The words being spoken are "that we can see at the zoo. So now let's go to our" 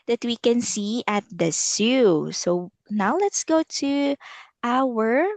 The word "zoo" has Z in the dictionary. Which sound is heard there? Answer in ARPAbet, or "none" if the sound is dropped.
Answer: S